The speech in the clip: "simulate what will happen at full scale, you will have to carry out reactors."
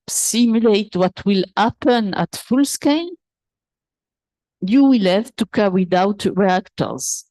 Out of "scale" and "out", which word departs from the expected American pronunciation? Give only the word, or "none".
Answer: scale